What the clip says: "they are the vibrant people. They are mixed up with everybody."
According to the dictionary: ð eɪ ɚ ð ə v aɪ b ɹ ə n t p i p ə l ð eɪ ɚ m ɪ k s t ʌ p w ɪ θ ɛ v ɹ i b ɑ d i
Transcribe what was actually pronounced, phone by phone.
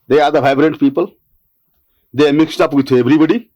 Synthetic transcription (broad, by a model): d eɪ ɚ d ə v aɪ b ɹ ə n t p i p ə l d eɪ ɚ m ɪ k s t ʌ p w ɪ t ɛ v ɹ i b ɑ d i